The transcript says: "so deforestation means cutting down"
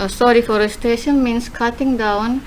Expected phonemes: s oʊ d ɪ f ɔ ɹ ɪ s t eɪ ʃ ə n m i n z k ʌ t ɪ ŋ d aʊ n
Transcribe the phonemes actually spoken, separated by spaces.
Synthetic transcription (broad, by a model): s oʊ d ɪ f ɔ ɹ ɪ s t eɪ ʃ ə n m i n s k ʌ t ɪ ŋ d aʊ n